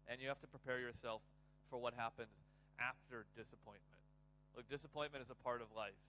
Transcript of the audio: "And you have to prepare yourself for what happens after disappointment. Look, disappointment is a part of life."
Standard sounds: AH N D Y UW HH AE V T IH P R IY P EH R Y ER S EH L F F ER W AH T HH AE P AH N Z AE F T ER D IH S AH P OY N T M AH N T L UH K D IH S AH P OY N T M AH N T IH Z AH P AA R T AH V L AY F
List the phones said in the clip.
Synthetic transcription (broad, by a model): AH N Y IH HH AE F T IH P R IY P EH R Y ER S EH L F F ER W AH T HH AE P AH N Z AE F T ER D IH S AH P OY N M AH N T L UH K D IH S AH P OY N M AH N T IH Z AH P AA R T AH V L AY F